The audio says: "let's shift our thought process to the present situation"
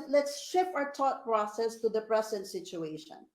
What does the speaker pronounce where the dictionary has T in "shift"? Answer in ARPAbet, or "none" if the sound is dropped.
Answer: none